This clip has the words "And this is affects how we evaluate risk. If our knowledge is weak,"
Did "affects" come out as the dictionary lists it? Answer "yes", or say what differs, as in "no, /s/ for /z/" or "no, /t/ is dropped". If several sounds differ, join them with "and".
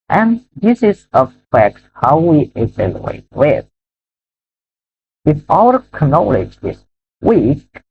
no, /s/ is dropped